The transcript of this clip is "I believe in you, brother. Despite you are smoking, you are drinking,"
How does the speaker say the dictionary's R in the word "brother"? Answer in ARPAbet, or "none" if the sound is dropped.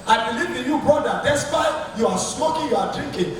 none